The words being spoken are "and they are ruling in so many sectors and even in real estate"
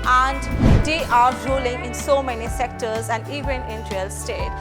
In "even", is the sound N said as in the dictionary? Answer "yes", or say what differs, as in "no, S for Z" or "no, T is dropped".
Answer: yes